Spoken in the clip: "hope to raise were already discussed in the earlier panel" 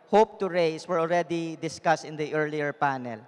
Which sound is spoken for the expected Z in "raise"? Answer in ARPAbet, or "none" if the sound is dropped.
S